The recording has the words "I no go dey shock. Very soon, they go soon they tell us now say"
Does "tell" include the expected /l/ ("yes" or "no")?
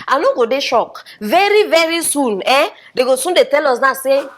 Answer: yes